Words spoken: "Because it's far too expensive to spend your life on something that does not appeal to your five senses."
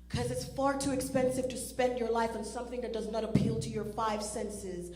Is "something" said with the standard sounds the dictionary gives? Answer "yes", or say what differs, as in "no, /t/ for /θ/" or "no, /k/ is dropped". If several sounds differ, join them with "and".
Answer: yes